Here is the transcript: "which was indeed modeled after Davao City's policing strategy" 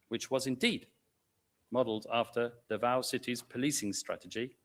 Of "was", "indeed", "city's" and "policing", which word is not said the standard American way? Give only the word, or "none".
none